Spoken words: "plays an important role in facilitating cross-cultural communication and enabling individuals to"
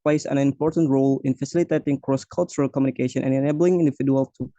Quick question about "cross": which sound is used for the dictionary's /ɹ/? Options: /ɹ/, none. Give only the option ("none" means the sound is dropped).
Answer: /ɹ/